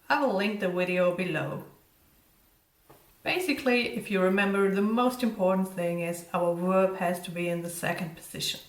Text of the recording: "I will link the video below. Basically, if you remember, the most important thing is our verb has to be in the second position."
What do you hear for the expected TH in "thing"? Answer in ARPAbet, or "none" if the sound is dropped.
TH